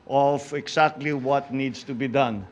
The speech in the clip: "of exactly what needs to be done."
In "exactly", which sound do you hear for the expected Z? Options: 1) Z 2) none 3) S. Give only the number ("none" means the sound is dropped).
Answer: 3